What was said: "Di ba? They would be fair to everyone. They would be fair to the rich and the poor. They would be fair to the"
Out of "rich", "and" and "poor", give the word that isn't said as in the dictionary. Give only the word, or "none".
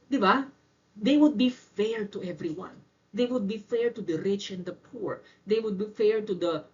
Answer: none